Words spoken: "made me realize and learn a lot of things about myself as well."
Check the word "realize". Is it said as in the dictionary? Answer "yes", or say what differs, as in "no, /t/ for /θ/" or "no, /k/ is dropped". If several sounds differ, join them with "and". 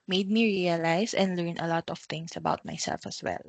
no, /s/ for /z/